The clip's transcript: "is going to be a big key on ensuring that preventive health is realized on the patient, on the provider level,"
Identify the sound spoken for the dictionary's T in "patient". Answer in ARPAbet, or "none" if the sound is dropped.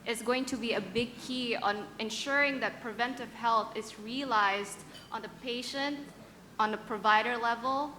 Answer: T